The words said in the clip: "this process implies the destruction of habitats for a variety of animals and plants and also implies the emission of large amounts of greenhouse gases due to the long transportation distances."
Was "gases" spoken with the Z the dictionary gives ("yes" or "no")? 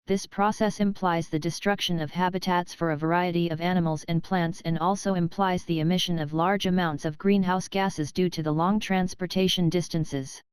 yes